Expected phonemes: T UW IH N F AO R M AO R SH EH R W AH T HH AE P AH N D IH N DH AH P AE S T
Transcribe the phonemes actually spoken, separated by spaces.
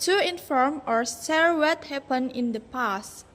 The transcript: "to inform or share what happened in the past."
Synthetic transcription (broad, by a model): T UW IH N F AO R M AO R S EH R W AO T HH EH P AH N IH N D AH P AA S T